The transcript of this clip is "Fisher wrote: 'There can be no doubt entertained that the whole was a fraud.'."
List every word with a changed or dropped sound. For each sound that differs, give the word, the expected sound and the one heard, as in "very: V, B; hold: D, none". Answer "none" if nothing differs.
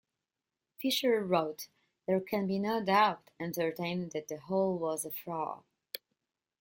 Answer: fraud: D, none